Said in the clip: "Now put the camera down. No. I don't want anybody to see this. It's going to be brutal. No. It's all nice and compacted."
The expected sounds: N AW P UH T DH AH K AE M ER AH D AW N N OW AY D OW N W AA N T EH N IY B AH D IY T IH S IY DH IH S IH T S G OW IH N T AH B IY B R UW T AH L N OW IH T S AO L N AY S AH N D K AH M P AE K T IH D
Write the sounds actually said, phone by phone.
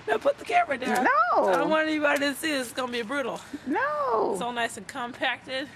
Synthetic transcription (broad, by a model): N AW P UH T DH AH K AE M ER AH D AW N N OW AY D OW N W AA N EH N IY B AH D IY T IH S IY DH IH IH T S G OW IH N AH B IY B R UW T L N OW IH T S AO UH N AY S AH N K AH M P AE K T IH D